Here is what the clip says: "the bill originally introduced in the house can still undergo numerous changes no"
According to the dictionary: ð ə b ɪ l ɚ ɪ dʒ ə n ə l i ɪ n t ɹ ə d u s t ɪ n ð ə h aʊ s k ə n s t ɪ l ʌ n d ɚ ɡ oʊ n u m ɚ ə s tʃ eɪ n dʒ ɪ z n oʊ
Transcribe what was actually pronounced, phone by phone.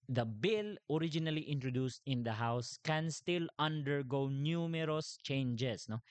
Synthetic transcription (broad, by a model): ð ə b ɪ l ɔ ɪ dʒ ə n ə l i ɪ n t ɹ ə d u s t ɪ n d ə h aʊ s k ə n s t ɪ l ʌ n d ɚ ɡ oʊ n u m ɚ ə s tʃ eɪ n dʒ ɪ s n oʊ